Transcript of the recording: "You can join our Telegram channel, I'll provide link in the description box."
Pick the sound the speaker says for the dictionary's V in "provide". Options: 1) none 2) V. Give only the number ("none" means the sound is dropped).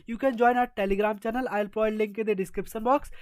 1